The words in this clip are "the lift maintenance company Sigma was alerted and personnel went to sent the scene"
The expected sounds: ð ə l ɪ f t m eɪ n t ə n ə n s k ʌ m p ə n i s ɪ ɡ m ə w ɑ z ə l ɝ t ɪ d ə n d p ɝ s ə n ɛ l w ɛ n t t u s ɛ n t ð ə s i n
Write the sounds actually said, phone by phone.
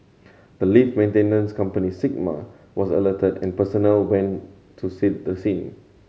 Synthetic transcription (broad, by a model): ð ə l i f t m eɪ n t ə n ə n s k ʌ m p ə n i s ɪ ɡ m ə w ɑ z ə l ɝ t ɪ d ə n p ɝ s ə n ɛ l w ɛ n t t u s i t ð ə s i n